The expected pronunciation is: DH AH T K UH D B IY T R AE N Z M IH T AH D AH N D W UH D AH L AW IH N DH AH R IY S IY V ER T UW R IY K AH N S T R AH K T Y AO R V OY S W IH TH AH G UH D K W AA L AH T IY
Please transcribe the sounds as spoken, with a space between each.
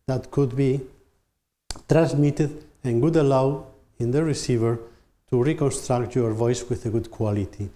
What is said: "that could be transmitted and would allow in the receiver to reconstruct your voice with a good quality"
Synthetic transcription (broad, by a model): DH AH T K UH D B IY T R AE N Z M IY T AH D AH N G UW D AH L AW IH N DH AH R IY S IY V ER T UW R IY K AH N S T R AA K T Y AO R V OY S W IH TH AH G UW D K W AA L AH T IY